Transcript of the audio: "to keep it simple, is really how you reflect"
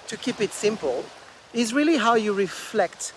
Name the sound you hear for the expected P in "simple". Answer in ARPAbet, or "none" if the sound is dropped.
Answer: P